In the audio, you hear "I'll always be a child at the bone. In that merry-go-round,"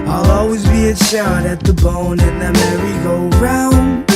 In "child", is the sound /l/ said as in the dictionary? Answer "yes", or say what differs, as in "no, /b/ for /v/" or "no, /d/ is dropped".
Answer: no, /l/ is dropped